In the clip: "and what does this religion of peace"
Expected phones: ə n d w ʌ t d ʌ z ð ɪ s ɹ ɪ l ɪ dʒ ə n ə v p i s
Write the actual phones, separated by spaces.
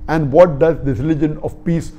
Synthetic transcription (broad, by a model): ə n d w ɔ t d ʌ z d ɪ ɹ ɪ l ɪ dʒ ə n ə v p i s